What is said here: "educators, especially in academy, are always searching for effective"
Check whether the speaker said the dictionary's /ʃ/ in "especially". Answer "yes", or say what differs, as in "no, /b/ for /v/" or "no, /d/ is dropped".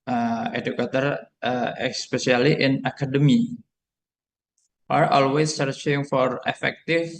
no, /s/ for /ʃ/